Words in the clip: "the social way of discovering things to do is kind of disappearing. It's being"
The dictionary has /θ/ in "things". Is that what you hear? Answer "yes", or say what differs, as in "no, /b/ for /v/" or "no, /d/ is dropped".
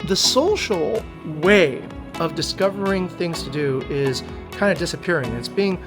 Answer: yes